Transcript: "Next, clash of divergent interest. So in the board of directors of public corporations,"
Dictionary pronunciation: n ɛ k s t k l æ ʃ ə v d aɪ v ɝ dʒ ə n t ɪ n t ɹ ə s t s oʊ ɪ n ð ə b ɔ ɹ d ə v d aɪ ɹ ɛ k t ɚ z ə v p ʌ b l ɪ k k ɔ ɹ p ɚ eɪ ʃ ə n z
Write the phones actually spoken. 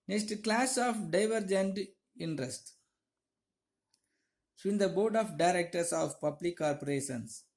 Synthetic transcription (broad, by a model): n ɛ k s t k l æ s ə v d aɪ v ɝ dʒ ə n t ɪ n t ɹ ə s t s ɪ n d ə b ɔ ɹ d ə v d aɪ ɹ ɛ k t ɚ s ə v p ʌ b l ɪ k k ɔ ɹ p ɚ eɪ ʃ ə n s